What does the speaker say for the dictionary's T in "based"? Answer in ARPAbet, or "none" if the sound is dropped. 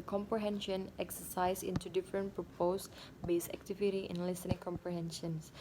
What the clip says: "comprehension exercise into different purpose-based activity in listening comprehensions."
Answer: none